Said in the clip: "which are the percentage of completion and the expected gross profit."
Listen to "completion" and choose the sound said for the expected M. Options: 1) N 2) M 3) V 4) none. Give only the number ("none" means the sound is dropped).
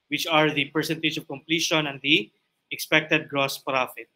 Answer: 2